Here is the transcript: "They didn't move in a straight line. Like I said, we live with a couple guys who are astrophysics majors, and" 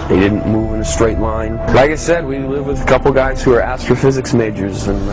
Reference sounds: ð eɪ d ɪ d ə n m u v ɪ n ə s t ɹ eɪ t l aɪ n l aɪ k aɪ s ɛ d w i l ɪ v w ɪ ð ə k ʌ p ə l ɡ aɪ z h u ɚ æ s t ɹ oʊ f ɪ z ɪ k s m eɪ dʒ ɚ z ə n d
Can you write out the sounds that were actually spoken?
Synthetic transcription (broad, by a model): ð eɪ d ɪ d n m u v ɪ n ə s t ɹ eɪ t l aɪ n l aɪ k aɪ s ɛ d w i l ɪ v w ɪ ð ə k ʌ p l ɡ aɪ z h u ɚ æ s t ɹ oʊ f ɪ z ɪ k s m eɪ dʒ ɚ z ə n